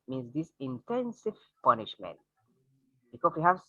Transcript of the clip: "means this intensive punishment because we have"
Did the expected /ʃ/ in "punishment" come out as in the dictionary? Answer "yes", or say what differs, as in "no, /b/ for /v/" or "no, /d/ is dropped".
yes